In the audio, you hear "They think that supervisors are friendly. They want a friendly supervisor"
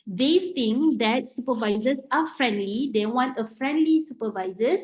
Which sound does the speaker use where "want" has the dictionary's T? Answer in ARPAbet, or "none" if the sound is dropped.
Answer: T